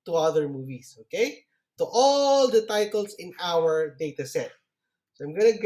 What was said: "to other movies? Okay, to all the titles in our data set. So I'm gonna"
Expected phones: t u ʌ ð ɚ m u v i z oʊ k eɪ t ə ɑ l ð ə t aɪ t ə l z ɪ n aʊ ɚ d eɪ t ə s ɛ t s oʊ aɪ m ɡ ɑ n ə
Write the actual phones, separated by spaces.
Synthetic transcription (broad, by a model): t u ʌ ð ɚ m u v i s oʊ k eɪ t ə ɑ l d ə t aɪ t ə l s ɪ n aʊ ɚ d eɪ t ə s ɛ t s oʊ aɪ m ɡ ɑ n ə